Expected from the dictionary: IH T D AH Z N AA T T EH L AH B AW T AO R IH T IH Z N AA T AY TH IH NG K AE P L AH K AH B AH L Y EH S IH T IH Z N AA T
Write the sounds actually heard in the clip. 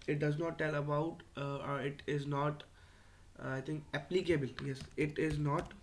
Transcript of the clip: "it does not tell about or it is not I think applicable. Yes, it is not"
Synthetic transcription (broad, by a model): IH T D AH Z N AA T T EH L AH B AW T AO R IH T IH Z N AA T AY T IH NG K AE P L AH K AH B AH L Y EH S IH T IH Z N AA T